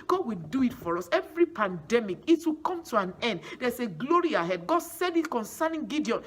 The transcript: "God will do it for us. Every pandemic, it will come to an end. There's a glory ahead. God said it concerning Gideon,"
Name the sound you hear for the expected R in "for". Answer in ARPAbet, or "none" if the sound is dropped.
R